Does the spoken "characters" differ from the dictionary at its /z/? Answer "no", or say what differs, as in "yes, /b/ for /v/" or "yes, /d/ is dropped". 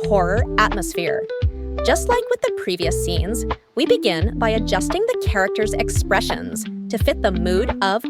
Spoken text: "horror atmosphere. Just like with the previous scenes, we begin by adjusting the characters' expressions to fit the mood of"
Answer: no